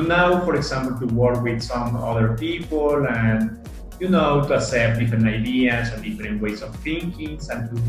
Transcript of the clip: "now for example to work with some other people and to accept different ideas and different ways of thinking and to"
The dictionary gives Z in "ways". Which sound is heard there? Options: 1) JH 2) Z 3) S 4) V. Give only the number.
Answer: 3